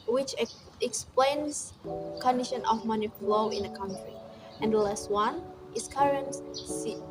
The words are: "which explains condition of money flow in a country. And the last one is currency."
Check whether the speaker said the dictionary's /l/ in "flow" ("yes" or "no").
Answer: yes